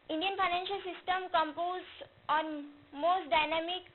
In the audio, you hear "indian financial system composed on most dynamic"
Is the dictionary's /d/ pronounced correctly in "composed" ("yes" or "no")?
no